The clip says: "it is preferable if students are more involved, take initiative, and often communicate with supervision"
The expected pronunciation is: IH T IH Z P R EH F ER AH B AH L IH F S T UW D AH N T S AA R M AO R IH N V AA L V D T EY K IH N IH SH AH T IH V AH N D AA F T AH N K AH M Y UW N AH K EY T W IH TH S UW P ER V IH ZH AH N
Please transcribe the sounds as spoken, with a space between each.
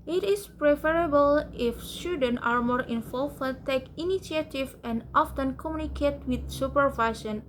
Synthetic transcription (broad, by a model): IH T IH S P R EH F ER AH B AH L IH F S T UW D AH N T AA R M AO R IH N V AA L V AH T EY K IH N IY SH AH T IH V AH N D AA F T AH N K AH M Y UW N AH K EY T W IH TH S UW P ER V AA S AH N